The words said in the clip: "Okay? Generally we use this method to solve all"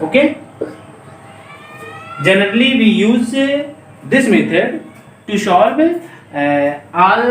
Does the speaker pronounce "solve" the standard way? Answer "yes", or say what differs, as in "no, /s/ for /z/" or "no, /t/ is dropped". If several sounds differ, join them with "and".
no, /ʃ/ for /s/